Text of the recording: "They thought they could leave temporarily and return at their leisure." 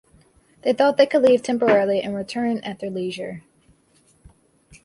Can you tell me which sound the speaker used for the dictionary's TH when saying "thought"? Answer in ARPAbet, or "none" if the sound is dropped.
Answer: TH